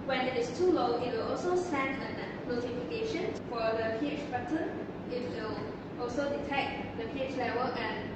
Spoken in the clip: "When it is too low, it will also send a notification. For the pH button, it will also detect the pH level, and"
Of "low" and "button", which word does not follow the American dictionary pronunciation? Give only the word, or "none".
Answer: button